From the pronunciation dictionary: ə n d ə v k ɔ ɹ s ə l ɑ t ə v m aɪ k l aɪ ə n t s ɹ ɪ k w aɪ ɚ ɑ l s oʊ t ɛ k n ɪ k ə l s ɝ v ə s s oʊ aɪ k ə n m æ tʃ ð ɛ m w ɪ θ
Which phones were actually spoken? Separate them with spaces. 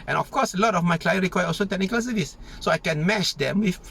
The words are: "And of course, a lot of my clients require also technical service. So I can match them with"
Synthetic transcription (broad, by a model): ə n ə f k ɔ s ə l ɑ t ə f m aɪ k l aɪ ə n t ɹ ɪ k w aɪ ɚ ɑ l s oʊ t ɛ k n ɪ k ə l s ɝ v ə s s oʊ aɪ k ə n m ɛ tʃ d ɛ m w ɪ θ